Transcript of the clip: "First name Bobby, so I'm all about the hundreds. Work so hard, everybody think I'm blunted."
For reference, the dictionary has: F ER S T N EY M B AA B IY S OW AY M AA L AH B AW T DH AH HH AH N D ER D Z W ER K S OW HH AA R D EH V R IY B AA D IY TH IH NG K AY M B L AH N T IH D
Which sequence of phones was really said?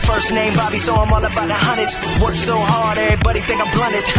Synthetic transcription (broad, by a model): F ER S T N EY M B AA B IY S OW AY M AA N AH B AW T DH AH HH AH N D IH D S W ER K S OW HH AA R D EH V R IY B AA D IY TH IH NG K AY M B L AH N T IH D